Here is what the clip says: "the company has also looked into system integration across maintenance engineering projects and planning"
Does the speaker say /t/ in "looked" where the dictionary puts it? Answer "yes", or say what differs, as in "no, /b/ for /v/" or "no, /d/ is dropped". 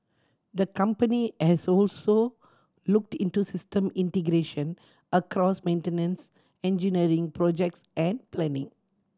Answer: yes